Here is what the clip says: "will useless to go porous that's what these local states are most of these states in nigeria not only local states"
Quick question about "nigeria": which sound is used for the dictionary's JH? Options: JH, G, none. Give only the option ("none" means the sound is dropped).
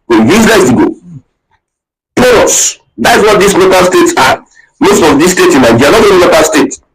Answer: none